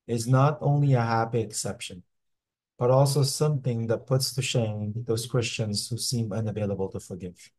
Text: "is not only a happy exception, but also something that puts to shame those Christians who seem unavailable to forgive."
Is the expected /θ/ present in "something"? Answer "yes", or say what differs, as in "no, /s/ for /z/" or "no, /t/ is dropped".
yes